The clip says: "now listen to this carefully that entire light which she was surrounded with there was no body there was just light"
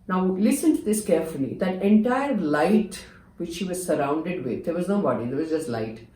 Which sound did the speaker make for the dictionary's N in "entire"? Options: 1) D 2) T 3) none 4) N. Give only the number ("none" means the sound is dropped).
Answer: 4